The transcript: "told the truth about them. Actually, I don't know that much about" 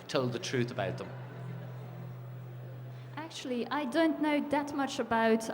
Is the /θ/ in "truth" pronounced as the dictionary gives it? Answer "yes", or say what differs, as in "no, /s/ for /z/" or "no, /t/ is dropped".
yes